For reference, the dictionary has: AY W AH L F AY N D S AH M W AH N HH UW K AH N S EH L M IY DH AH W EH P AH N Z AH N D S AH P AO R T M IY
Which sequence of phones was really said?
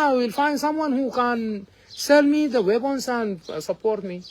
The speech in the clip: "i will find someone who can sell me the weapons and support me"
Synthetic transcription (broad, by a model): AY W AH L F AY N D S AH M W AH N HH UW K AH N S EH L M IY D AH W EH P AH N S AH N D S AH P AO R T M IY